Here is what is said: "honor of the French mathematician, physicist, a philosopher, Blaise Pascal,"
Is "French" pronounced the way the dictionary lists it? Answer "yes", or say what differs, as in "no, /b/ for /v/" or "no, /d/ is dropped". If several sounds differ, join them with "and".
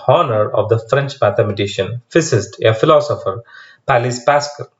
yes